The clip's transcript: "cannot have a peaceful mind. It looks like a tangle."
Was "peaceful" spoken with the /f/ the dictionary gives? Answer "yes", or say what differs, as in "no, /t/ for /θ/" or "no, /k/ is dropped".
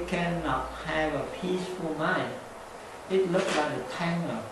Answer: yes